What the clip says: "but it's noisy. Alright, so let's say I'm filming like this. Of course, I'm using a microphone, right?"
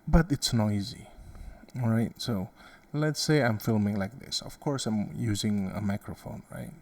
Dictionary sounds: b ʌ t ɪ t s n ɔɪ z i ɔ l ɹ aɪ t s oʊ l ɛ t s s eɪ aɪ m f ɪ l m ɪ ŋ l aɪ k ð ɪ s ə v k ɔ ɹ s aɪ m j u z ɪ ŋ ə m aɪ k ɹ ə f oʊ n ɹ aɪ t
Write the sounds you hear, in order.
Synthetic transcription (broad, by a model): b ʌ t ɪ t s n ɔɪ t i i ɹ aɪ t s oʊ l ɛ t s s eɪ aɪ m f ɪ l m ɪ ŋ l aɪ k ð ɪ s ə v k ɔ ɹ s aɪ m j u z ɪ ŋ ə m aɪ k ɹ ə f oʊ n ɹ aɪ t